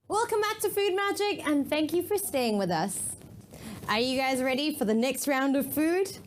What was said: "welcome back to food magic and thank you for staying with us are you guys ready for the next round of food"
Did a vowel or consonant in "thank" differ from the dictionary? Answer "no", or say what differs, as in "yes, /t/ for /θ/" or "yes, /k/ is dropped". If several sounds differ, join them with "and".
no